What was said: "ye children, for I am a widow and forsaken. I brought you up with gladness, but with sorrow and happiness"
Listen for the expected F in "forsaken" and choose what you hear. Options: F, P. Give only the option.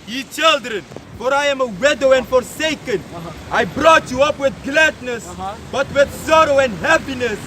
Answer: F